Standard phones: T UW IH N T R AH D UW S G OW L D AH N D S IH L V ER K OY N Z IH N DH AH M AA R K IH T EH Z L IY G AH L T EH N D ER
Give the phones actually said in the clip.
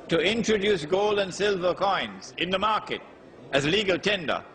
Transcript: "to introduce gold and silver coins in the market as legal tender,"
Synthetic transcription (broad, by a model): T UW IH N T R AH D UW S G OW L D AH N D S IH L V ER K OY N Z IH N DH AH M AA R K IH T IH Z L IY G AH L T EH N D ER